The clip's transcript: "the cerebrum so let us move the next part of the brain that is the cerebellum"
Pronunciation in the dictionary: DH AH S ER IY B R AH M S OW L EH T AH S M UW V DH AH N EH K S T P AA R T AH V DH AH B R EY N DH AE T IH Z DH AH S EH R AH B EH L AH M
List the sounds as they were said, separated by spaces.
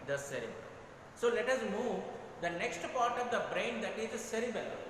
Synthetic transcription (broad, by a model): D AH S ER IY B AH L S OW L EH T AH S M UW V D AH N EH K S T P AA R T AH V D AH B R EY N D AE T IH Z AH S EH R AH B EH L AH